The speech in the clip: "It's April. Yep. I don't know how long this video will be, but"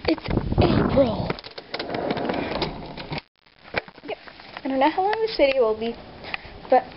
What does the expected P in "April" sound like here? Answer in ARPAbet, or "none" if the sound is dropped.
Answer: none